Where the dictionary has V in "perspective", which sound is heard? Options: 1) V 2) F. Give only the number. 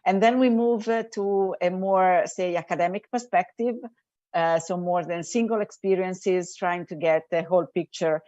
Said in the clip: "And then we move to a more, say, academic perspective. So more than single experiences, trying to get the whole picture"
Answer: 1